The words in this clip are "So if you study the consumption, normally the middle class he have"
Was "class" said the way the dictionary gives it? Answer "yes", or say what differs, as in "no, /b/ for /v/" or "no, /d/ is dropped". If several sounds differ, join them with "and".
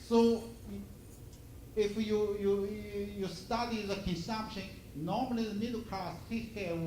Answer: no, /l/ is dropped